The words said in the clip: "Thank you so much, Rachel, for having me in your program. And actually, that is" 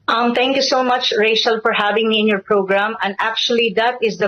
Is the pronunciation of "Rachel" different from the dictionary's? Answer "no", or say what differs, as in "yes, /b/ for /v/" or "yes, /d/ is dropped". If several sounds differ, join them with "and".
yes, /ʃ/ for /tʃ/